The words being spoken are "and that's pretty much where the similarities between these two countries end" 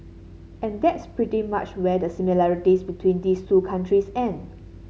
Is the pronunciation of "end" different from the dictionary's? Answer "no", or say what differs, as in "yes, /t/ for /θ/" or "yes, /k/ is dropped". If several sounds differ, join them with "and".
yes, /d/ is dropped